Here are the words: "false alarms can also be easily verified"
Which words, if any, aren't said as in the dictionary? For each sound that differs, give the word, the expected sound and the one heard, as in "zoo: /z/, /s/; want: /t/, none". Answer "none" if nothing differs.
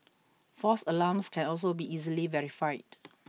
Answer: false: /l/, none; alarms: /z/, /s/